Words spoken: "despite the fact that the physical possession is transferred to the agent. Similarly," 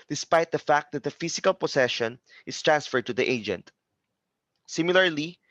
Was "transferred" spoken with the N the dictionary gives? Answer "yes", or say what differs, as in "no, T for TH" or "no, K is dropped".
yes